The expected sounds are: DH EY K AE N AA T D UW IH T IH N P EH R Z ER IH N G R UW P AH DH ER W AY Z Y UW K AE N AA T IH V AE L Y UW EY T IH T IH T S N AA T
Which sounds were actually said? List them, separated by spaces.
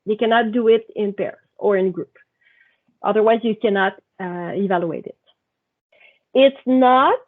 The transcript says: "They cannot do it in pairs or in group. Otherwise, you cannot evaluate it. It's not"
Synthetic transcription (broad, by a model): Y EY K AE N AA T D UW IH T IH N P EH R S ER IH N G R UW P AH DH ER W AY Z Y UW K AE N AA T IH V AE L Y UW EY T IH T IH T S N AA T